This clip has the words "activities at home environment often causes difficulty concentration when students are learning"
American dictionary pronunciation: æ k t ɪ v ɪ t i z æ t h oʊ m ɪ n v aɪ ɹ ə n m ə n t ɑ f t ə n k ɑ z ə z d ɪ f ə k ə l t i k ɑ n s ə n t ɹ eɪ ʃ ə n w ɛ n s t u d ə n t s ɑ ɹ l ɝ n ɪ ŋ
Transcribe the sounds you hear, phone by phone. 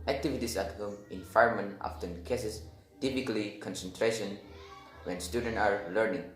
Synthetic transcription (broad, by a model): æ k t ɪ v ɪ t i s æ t h oʊ m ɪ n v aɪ ə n m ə n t ɑ f t ə n k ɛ s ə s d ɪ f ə k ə l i k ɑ n s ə n t ɹ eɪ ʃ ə n w ɛ n s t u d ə n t ɑ ɹ l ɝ n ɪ ŋ